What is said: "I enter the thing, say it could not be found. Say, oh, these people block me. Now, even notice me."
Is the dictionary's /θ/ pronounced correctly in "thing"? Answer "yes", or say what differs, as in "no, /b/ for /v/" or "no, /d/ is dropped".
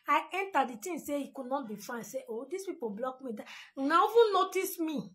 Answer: no, /t/ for /θ/